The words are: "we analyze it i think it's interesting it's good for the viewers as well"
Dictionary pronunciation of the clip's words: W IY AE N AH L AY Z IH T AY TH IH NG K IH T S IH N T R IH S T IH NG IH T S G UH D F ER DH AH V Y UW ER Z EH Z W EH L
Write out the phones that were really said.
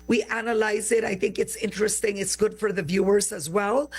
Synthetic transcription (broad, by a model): W IY AE N AH L AY Z IH T AY TH IH NG K IH T S IH N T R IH S T IH NG IH T S G UH D F ER DH AH V Y UW ER Z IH Z W EH L